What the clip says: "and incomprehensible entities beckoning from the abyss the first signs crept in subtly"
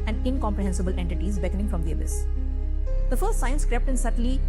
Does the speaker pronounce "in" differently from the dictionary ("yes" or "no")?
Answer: no